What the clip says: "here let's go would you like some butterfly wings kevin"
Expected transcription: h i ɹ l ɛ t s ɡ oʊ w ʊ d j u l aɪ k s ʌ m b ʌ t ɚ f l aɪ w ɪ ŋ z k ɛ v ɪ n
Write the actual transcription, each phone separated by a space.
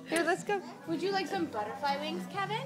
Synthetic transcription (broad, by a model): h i ɹ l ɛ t s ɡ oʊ w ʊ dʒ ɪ l aɪ k s ʌ m b ʌ t ɚ f l aɪ w ɪ ŋ z k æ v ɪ n